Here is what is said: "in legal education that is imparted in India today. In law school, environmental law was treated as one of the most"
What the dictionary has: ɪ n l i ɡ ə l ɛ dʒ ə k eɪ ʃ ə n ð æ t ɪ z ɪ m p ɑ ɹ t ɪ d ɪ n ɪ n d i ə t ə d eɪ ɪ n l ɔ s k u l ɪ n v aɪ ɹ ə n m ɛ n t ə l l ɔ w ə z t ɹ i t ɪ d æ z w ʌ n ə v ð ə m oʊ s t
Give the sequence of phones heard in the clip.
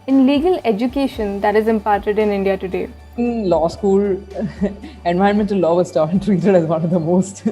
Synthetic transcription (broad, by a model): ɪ n l i ɡ ə l ɛ dʒ ə k eɪ ʃ ə n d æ t ɪ z ɪ m p ɑ ɹ t ɪ d ɪ n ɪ n d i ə t ə d eɪ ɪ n l ɔ s k u l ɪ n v aɪ ə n m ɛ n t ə l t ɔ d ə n t ɹ i t ɪ d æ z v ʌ n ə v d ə m oʊ s t